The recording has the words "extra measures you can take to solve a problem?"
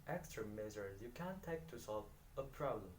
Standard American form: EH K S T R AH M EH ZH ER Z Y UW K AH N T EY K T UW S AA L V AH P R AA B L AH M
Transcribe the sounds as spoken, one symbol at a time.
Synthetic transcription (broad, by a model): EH K S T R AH M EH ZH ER Y UW K AH N T EY K T UW S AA L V AH P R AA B L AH M